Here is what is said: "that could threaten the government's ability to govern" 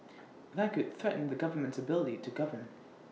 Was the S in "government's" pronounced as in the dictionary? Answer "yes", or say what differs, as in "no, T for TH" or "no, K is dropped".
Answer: yes